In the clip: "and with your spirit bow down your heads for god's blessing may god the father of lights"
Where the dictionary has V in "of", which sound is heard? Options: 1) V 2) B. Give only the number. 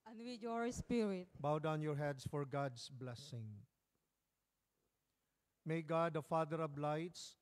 2